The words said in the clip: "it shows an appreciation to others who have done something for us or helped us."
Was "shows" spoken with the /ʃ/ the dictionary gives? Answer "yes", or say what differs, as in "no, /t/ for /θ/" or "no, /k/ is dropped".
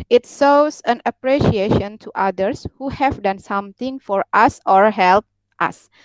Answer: no, /s/ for /ʃ/